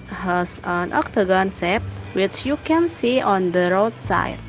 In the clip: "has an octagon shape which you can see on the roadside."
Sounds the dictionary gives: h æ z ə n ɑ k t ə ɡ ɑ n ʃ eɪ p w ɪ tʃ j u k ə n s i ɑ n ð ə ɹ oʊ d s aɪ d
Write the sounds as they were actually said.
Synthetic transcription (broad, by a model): h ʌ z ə n ɑ k t ə ɡ ɑ n s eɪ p w ɪ tʃ j u k ə n s i ɑ n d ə ɹ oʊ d s aɪ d